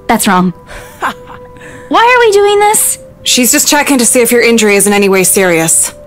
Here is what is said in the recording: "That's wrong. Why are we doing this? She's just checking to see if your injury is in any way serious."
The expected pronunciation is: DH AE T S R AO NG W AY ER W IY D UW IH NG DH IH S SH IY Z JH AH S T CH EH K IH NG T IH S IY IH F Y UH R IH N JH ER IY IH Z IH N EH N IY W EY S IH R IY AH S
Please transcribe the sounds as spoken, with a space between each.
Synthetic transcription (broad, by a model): DH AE T S R AO NG W AY ER W IY D UW IH NG DH IH S SH IY Z JH AH S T CH EH K IH NG T IH S IY IH F Y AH R IH N JH ER IY IH Z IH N EH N IY W EY S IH R IY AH S